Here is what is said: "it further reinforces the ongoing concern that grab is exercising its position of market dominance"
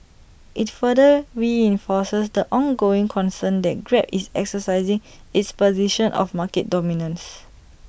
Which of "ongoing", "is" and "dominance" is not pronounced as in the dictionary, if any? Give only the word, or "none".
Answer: is